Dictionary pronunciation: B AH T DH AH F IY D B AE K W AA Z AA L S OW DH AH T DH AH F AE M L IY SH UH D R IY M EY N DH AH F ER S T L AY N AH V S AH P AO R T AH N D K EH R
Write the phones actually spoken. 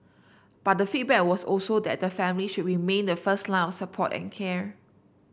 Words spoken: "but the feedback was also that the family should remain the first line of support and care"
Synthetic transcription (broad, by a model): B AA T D AH F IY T B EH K W AA S AA L S OW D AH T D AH F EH M L IY SH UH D R IY M EY N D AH F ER S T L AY AH F S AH P AO T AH N K EH R